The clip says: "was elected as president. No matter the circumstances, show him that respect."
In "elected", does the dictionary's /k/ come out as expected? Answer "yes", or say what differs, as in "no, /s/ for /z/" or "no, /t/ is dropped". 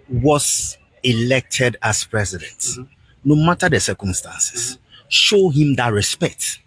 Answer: yes